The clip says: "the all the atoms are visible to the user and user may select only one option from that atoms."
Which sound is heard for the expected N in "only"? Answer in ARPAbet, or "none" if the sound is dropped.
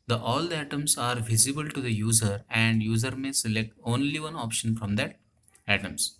N